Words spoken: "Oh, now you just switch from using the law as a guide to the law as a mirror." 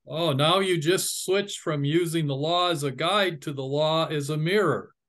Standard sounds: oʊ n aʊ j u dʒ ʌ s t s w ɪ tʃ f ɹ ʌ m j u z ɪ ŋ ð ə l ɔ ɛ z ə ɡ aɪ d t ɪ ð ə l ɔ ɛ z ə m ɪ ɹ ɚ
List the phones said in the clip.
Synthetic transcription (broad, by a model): oʊ n aʊ j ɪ dʒ ʌ s t s w ɪ tʃ f ɹ ʌ m j u z ɪ ŋ ð ə l ɔ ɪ z ə ɡ aɪ d t ɪ ð ə l ɔ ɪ z ə m ɪ ɹ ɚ